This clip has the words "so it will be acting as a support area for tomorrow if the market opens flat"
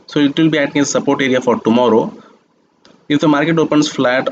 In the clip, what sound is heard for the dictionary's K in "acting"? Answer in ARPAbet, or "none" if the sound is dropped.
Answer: none